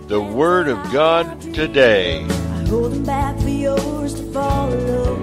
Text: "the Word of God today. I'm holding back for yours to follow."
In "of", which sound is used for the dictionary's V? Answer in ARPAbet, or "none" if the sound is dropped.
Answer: V